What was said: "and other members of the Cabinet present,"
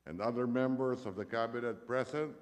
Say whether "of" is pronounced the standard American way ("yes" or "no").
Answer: yes